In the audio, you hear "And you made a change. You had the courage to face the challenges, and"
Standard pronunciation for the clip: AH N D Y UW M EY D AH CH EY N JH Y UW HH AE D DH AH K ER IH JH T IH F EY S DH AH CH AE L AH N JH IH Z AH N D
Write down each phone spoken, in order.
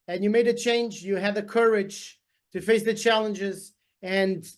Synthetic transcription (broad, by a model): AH N Y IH M EY D AH CH EY N JH Y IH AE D DH AH K ER IH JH T IH F EY S DH AH CH AE L AH N JH IH Z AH N